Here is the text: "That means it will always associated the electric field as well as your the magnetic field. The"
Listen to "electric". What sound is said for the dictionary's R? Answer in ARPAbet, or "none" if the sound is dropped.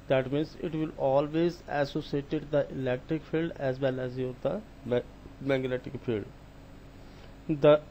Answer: R